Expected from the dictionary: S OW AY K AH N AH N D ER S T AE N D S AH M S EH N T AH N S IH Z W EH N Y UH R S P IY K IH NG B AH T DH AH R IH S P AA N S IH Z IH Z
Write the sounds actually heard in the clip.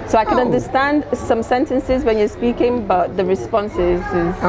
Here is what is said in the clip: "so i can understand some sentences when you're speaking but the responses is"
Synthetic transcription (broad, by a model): S OW AY K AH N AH N D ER S T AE N D S AH M S EH N T AH N S IH Z W EH N Y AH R S P IY K IH NG B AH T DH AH R IH S P AA N S IH Z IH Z